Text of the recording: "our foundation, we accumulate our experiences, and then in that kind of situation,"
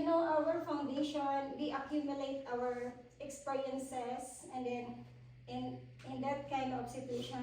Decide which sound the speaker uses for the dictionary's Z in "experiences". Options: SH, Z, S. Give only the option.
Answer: S